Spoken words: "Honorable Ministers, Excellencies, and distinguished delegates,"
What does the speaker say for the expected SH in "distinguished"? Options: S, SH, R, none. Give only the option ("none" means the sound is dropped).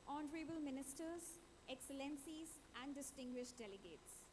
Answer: SH